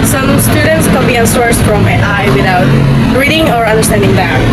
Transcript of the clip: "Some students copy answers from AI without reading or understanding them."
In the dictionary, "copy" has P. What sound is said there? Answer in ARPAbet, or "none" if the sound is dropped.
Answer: B